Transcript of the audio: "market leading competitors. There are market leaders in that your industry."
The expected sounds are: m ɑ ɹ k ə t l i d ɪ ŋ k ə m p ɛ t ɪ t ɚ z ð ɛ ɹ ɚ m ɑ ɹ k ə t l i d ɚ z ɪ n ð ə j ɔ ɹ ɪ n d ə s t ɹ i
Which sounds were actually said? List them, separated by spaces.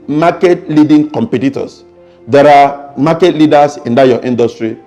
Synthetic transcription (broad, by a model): m ɑ k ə t l i d ɪ ŋ k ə m p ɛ t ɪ t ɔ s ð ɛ ɹ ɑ m ɑ k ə t l i d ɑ s ɪ n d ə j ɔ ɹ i n d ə s t ɹ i